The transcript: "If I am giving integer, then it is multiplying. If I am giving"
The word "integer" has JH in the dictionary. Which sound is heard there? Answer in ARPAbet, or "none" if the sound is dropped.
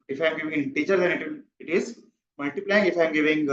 CH